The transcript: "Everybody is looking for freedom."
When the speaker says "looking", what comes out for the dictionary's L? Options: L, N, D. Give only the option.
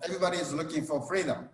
N